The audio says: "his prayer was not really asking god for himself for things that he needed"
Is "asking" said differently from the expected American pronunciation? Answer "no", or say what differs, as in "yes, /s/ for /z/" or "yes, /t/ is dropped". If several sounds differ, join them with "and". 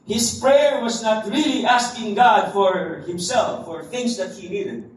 no